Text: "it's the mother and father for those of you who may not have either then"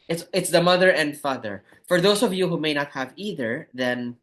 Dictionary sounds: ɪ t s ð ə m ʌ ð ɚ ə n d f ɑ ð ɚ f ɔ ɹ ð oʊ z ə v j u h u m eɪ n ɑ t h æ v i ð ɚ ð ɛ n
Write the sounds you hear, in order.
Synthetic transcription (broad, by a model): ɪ t s ð ə m ʌ ð ɚ ə n d f ɑ ð ɚ f ɔ ɹ ð oʊ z ə v j u h u m eɪ n ɑ t h æ v i ð ɚ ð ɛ n